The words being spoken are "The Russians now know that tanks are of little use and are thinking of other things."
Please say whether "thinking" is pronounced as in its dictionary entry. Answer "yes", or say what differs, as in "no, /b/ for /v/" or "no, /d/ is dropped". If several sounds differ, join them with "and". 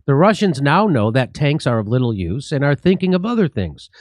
yes